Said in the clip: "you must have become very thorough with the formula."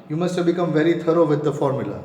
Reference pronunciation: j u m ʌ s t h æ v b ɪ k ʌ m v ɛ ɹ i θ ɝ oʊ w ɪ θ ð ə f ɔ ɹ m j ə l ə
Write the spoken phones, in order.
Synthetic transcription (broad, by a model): j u m ʌ s t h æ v b ɪ k ʌ m v ɛ ɹ i t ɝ oʊ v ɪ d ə f ɔ ɹ m j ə l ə